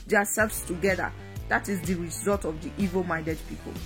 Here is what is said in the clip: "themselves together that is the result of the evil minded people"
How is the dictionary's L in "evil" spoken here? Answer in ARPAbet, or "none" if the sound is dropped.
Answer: L